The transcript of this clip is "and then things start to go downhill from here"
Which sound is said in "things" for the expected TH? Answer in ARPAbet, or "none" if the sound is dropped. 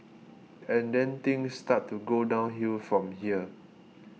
T